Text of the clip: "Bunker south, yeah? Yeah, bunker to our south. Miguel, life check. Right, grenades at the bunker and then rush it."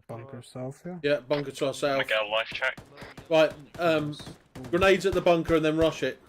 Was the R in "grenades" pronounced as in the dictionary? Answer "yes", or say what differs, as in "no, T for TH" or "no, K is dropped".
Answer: yes